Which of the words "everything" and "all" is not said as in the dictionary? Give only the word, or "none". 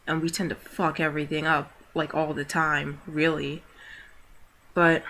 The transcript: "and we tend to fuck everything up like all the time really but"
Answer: none